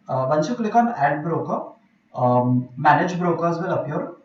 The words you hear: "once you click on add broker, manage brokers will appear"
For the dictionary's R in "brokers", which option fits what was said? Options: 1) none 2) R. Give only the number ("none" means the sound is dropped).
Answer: 2